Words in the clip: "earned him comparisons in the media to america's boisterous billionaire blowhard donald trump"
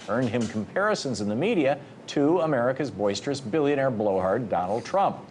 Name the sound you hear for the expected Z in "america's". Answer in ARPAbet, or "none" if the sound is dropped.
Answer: Z